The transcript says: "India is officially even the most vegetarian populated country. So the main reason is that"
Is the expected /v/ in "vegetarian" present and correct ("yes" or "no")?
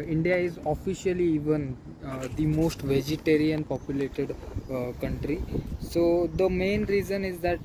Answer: yes